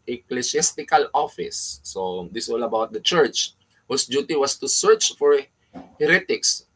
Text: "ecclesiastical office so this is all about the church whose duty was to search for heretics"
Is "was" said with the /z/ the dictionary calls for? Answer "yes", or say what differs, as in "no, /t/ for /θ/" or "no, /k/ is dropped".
no, /s/ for /z/